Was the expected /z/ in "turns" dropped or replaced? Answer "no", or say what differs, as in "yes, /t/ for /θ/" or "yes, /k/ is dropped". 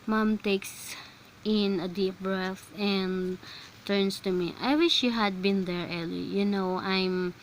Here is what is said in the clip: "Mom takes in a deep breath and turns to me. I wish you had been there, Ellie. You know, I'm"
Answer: yes, /s/ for /z/